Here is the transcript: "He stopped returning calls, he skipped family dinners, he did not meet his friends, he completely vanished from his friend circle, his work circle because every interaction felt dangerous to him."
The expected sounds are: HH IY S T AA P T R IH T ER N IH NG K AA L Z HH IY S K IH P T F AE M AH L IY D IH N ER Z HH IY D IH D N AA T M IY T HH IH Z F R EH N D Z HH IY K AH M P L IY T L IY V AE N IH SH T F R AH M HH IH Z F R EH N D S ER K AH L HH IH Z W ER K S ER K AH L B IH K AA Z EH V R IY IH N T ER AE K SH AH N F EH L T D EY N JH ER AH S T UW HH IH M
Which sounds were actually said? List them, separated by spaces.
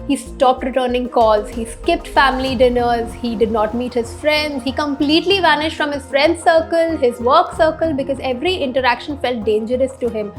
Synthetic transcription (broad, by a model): HH IY S T AA P T R IH T ER N IH NG K AA L Z HH IY S K IH P T F AE M AH L IY D IH N ER Z HH IY D IH D N AA T M IY T HH IH Z F R EH N D Z HH IY K AH M P L IY T L IY V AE N IH SH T F R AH M HH IH Z F R EH N D S ER K AH L HH IH Z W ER K S ER K AH L B IH K AA Z EH V R IY IH N T ER AE K SH AH N F EH L T D EY N JH ER AH S T UW HH IH M